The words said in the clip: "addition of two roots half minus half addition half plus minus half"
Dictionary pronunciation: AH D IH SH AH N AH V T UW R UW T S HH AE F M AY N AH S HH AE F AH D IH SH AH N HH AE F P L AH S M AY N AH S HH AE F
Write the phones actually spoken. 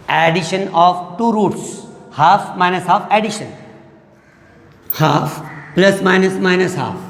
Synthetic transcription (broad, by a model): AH D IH SH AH N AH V T UW R UW T S HH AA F M AY N AH S HH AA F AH D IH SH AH N HH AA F P L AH S M AY N AH S HH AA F